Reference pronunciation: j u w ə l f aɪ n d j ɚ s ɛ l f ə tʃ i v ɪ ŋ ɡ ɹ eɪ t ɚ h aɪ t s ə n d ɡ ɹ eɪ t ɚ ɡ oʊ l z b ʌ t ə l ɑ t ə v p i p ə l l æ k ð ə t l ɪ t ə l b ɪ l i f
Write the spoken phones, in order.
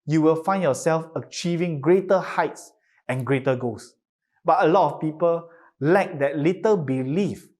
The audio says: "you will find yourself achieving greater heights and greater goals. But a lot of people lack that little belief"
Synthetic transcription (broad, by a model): j u w ə l f aɪ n j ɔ s ɛ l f ə tʃ i v ɪ ŋ ɡ ɹ eɪ t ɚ h aɪ t s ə n ɡ ɹ eɪ t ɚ ɡ oʊ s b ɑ t ə l ɑ t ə f p i p ə l l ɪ k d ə t l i t ə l b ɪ l i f